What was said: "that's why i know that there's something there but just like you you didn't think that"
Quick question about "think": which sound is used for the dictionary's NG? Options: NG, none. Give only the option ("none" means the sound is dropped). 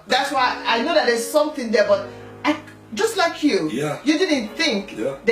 NG